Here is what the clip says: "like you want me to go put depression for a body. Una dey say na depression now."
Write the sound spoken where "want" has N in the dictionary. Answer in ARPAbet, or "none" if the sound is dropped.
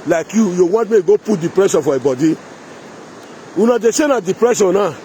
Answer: none